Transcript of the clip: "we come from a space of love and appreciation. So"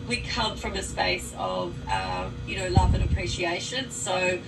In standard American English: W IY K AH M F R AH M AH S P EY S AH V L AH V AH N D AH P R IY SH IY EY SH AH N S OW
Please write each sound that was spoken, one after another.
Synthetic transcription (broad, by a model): W IY K AH M F R AH M AH S P EY S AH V L AH V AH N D AH P R IY SH IY EY SH AH N S OW